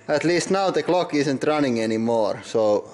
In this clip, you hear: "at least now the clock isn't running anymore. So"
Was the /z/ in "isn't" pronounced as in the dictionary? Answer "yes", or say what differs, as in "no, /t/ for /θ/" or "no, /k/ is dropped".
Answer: no, /s/ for /z/